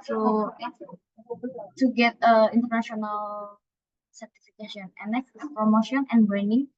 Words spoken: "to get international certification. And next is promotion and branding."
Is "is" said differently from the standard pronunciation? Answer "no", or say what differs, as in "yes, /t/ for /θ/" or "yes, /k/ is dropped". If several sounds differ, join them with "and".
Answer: yes, /s/ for /z/